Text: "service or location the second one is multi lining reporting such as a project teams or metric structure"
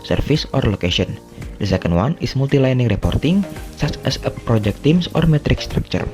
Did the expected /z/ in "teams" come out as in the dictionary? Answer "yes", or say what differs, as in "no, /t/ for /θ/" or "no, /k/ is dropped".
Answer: no, /s/ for /z/